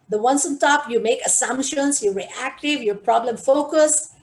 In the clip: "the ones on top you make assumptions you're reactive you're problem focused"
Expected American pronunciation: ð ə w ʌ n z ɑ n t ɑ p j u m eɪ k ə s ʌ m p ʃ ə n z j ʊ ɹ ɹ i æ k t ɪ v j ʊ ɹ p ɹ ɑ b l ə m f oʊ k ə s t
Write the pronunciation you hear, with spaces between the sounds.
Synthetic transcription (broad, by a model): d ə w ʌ n s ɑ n t ɑ p j u m eɪ k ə s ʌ m p ʃ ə n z j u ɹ ɹ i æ k t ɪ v j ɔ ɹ p ɹ ɑ b l ə m f oʊ k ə s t